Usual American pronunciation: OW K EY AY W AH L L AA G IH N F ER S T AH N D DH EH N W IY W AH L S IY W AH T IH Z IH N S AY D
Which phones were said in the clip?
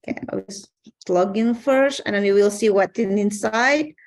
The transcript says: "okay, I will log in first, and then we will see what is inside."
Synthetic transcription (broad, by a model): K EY AY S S L AA G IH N F ER S T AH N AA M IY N W IY L S IY W AH T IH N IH N S AY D